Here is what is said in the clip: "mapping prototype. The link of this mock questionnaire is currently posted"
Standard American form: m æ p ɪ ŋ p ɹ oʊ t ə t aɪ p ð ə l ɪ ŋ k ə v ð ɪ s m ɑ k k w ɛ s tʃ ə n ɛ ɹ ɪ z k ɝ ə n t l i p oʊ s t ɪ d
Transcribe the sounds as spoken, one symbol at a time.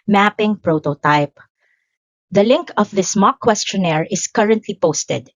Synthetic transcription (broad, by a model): m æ p ɪ ŋ p ɹ oʊ t ə t aɪ p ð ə l ɪ ŋ k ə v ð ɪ s m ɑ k k w ɛ s tʃ ə n ɛ ɹ ɪ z k ɝ ə n t l i p oʊ s t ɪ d